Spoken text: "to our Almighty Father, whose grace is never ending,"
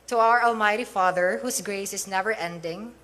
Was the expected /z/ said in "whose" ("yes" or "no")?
no